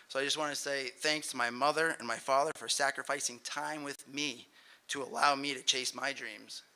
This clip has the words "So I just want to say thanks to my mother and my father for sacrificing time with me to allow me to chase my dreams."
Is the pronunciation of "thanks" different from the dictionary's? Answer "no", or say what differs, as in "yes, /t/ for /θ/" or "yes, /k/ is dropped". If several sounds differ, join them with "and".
no